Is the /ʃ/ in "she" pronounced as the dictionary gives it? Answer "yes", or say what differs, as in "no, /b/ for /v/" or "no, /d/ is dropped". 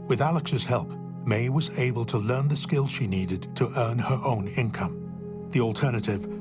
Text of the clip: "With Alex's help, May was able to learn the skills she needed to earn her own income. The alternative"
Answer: yes